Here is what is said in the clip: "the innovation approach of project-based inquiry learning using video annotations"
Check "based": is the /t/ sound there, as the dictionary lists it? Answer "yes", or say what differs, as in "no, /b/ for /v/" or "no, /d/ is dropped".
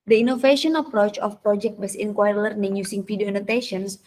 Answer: no, /t/ is dropped